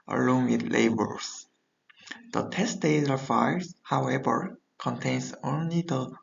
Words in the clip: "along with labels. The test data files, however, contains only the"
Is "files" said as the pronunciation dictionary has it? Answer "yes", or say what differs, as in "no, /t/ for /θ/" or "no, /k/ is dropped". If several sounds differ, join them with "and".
no, /l/ is dropped